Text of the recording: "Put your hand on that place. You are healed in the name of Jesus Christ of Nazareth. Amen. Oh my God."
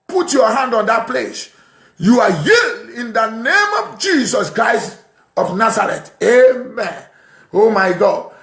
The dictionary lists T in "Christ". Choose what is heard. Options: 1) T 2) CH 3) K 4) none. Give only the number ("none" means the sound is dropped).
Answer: 1